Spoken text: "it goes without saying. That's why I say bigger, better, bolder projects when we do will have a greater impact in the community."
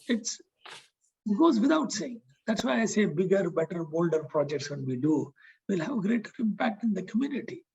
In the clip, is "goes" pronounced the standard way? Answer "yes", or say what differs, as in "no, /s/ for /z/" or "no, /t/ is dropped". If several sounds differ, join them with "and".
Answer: yes